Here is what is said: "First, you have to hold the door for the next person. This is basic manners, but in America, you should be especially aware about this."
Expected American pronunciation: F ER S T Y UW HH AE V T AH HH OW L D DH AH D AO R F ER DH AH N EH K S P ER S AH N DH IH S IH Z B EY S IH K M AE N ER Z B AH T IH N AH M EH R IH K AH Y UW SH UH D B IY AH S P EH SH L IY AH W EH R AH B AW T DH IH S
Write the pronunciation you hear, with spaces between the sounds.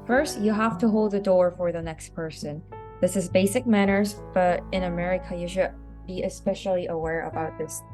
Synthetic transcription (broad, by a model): F ER S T Y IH HH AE F T AH HH OW L D DH AH D AO R F ER DH AH N EH K S P ER S AH N DH IH S IH Z B EY S IH K M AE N ER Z B AH T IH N AH M EH R IH K AH Y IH SH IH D B IY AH S P EH SH L IY AH W EH R AH B AW T DH IH S